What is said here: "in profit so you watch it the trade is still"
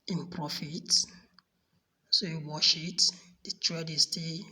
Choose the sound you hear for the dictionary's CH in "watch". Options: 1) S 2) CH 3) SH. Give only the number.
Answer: 3